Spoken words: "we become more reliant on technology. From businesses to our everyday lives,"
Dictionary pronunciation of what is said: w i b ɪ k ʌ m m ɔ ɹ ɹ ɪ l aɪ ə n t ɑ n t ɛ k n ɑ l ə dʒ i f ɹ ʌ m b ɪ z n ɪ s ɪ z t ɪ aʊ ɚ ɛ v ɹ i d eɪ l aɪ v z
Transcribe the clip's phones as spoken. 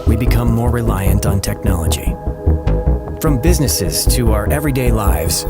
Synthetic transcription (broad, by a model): w i b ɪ k ʌ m m ɔ ɹ ɹ ɪ l aɪ ə n t n t ɛ k n ɑ l ə dʒ i f ɹ ʌ m b ɪ z n ɪ s ɪ z t ɪ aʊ ɚ ɛ v ɹ i d eɪ l aɪ v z